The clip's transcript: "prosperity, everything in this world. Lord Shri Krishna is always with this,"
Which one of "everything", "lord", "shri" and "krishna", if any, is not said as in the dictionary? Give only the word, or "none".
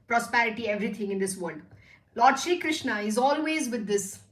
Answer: everything